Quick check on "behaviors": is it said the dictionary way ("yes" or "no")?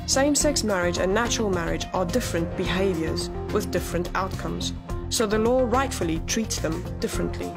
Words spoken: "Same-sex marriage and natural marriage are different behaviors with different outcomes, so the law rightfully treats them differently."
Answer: yes